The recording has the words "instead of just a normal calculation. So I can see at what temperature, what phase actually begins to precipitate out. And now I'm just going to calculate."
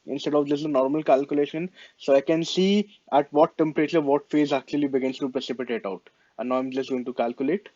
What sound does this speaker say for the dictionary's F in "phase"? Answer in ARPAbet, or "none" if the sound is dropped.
F